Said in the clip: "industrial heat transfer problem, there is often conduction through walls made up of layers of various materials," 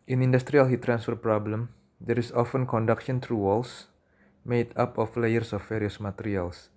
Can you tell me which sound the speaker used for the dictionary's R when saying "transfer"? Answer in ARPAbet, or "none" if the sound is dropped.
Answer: R